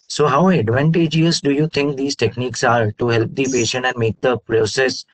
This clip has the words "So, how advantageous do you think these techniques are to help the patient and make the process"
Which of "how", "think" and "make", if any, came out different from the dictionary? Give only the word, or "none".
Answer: think